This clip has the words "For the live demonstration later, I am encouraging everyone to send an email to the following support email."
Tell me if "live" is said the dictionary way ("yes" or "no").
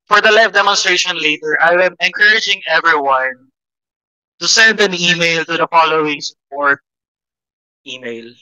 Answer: no